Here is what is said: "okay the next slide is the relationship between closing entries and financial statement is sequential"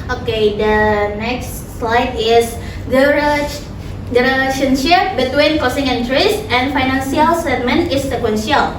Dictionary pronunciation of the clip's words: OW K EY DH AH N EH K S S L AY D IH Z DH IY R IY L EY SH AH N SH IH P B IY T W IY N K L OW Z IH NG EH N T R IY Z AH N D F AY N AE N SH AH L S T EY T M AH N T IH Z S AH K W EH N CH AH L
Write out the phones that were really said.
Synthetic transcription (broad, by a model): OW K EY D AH N EH K S S L AY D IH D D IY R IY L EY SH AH N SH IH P B IY T W IY N K OW S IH NG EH N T R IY S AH N F AY N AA N S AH L S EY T M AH N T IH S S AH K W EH N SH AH L